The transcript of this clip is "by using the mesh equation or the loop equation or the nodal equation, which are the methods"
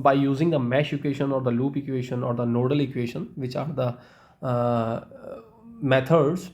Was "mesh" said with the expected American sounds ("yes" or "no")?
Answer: yes